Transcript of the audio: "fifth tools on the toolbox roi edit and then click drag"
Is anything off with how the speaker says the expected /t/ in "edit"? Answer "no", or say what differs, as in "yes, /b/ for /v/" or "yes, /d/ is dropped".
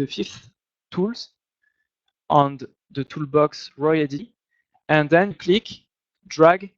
yes, /t/ is dropped